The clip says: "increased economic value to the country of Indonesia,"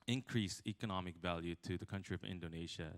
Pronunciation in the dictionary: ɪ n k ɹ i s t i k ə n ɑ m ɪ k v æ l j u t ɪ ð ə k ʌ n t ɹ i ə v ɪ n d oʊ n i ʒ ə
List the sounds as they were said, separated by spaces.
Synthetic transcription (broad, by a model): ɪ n k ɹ i s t i k ə n ɑ m ɪ k v æ l j u t ɪ ð ə k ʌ n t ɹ i ə v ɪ n d oʊ n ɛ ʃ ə